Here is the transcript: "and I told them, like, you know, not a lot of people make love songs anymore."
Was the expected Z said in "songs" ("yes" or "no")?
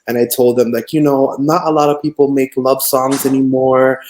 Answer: yes